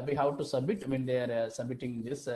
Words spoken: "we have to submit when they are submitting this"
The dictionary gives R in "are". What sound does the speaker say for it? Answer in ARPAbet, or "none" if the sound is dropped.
R